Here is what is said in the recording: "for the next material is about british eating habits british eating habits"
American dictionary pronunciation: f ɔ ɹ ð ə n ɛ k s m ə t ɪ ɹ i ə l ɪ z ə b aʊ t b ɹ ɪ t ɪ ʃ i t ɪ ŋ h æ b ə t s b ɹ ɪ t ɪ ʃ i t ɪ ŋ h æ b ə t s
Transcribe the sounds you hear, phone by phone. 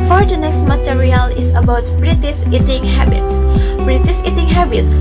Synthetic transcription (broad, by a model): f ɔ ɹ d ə n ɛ s m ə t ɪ ɹ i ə l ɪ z ə b aʊ t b ɹ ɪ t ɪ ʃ i t ɪ ŋ h æ b ə t s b ɹ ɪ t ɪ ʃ i t ɪ ŋ h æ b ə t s